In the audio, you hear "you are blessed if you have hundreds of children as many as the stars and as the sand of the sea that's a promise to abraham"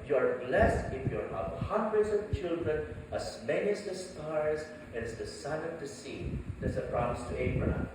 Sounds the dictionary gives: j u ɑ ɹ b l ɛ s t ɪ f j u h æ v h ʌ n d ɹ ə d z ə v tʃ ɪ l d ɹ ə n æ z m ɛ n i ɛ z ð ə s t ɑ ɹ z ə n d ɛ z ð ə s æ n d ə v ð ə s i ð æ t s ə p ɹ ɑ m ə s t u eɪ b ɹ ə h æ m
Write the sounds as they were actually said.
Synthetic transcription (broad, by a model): j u ɑ ɹ b l ɛ s t ɪ f j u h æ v h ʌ n d ɹ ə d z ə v tʃ ɪ l d ɹ ə n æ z m ɛ n i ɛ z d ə s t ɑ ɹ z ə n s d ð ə s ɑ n ə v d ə s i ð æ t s ə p ɹ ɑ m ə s t u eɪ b ɹ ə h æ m